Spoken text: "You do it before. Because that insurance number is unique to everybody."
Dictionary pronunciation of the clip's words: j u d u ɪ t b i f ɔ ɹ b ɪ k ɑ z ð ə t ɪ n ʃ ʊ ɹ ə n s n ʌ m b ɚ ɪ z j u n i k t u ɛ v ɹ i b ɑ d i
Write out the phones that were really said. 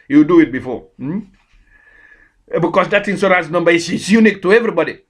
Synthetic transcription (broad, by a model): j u d u ɪ t b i f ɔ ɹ b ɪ k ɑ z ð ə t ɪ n s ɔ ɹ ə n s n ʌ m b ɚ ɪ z j u n i k t u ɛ v ɹ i b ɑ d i